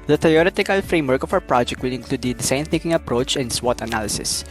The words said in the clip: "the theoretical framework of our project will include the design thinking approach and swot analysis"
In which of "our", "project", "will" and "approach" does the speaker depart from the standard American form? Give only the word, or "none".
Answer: our